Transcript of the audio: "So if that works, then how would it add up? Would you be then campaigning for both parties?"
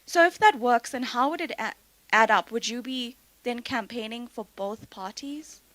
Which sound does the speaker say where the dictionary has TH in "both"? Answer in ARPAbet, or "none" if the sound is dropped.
TH